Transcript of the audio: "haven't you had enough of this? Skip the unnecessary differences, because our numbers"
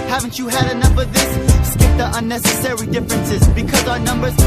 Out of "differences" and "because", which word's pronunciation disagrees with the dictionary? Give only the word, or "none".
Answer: none